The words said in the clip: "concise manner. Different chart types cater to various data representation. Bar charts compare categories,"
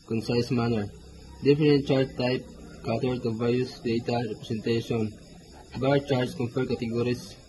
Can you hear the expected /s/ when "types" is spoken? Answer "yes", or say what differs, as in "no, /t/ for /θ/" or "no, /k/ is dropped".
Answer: no, /s/ is dropped